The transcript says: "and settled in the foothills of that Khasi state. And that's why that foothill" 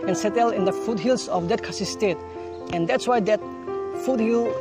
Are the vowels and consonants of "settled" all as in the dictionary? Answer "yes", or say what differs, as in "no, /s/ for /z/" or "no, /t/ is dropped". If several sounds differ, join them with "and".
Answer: no, /d/ is dropped